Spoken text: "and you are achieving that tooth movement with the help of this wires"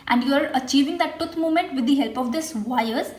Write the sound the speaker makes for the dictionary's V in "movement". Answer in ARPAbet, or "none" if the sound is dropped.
none